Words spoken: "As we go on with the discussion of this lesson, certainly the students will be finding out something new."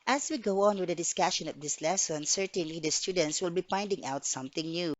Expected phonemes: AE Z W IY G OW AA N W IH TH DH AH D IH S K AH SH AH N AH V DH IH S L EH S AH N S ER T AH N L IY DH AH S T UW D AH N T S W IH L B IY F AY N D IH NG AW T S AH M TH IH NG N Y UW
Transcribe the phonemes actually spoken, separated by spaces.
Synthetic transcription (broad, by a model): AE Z W IY G OW AA N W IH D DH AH D IH S K AH SH AH N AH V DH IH S L EH S AH N S ER T AH N L IY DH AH S T UW D AH N T S W IH L B IY P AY N D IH NG AW T S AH M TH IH NG N Y UW